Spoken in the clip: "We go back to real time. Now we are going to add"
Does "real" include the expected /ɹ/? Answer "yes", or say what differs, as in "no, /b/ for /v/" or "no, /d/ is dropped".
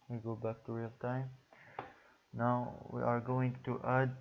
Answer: yes